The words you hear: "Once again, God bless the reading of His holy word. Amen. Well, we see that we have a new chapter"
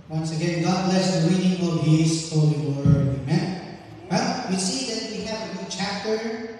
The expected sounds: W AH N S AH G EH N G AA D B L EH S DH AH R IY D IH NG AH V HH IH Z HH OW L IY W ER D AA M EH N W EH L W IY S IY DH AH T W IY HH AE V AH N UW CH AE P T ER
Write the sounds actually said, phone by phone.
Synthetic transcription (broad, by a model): W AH N S AH G EH N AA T L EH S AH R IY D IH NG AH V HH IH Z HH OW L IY W ER D AA M EH N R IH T W IY S IY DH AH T W IY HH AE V AH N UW CH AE P T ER